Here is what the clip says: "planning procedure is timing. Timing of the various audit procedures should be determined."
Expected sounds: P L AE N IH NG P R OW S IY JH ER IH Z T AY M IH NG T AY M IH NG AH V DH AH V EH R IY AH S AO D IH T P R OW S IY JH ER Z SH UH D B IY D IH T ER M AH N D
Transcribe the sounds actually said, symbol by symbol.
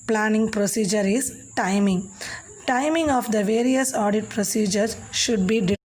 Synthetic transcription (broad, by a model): P L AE N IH NG P R OW S IY JH ER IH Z T AY M IH NG T AY M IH NG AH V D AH V EH R IY AH S AO D IH T P R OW S IY JH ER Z SH UH D B IY D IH